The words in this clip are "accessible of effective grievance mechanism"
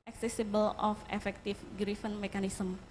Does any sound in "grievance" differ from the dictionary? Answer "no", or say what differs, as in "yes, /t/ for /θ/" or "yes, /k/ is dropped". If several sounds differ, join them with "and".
yes, /f/ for /v/ and /s/ is dropped